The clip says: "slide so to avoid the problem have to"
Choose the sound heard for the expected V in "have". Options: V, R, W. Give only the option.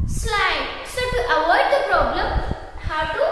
W